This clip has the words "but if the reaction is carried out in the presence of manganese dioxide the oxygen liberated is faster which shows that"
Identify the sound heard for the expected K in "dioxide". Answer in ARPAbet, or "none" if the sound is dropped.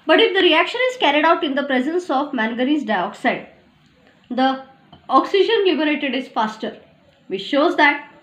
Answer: K